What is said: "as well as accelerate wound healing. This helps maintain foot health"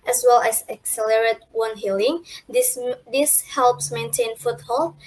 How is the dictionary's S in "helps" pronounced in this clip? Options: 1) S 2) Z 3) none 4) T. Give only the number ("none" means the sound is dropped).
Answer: 1